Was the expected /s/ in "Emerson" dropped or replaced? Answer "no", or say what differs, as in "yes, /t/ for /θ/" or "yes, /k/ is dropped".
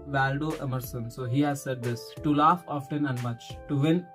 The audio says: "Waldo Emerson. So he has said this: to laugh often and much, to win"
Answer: no